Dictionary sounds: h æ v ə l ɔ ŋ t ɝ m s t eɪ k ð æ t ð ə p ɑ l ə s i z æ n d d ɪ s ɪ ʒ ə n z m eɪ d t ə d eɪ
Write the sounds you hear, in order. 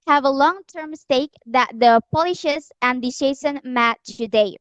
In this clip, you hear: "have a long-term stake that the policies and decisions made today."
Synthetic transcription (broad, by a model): h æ v ə l ɔ ŋ t ɝ m s t eɪ k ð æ t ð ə p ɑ l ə ʃ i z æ n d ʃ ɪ ɪ s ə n m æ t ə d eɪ